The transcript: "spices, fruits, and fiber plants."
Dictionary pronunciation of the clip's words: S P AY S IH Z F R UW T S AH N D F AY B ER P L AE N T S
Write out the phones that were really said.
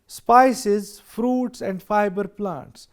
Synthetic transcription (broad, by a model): S P AY S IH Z F R UW T S AH N D F AY B ER P L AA N T S